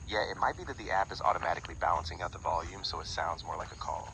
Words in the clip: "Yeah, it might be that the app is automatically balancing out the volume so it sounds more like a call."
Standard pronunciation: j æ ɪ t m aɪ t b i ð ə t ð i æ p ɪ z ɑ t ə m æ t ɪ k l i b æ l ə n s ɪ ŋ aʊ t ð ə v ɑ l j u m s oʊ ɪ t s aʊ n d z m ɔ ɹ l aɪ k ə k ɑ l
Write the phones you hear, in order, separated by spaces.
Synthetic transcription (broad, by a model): j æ ɪ t m aɪ t b i ð ə t ð i æ p ɪ z ɑ t ə m æ t ɪ k l i b æ l ə n s ɪ ŋ aʊ t ð ə v ɑ l j u m s oʊ ɪ t s aʊ n d z m ɔ ɹ l aɪ k ə k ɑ l